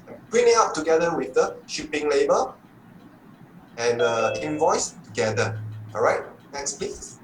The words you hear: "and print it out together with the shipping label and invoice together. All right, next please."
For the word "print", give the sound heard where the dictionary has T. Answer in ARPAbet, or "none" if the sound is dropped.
none